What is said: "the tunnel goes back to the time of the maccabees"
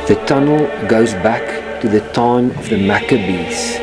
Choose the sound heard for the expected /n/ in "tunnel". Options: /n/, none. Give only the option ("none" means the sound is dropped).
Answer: /n/